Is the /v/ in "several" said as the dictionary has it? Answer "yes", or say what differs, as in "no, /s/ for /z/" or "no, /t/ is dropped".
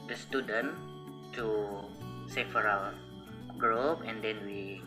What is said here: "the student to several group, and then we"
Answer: no, /f/ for /v/